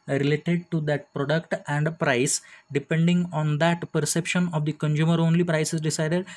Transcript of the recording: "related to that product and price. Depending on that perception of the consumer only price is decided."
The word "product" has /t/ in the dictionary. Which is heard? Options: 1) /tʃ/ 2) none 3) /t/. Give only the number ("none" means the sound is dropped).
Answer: 3